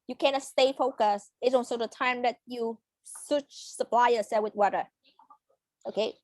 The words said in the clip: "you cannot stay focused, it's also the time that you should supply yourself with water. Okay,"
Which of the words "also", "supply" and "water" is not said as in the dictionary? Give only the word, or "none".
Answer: also